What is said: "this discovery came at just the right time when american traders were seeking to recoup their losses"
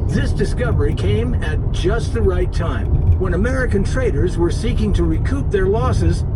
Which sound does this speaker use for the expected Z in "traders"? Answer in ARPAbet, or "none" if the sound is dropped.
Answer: Z